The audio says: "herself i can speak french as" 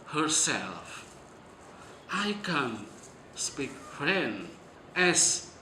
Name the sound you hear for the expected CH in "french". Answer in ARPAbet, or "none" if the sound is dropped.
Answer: none